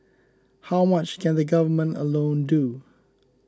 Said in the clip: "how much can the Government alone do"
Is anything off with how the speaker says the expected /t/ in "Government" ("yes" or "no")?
no